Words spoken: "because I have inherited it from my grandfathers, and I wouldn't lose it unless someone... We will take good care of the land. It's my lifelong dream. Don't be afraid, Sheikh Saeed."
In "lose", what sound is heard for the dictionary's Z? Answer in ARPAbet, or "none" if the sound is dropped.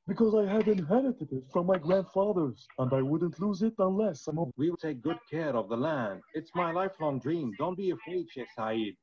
Z